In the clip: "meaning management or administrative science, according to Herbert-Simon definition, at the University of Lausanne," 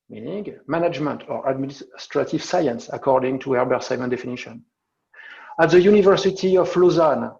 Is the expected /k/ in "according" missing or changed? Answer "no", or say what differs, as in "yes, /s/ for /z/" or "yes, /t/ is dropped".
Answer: no